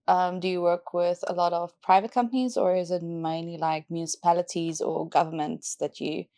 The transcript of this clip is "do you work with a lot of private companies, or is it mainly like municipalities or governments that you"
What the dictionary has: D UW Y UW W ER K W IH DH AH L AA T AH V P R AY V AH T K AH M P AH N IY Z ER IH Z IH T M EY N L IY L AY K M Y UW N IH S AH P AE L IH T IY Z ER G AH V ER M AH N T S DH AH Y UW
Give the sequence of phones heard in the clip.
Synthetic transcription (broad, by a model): D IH Y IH W ER K W IH DH AH L AA T AH V P R AY V AH T K AH M P AH N IY Z ER IH Z IH T M EY N L IY L AY K M Y UW N IH S AH P AE L IH T IY Z ER G AH V ER M AH N T S DH AH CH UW